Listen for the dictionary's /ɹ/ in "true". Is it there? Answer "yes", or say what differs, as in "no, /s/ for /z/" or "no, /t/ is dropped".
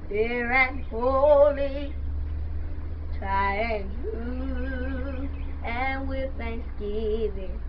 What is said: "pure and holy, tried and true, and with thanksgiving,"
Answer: no, /ɹ/ is dropped